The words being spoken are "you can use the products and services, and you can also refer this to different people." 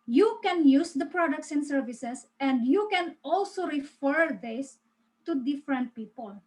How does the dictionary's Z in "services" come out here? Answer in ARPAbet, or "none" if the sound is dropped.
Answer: S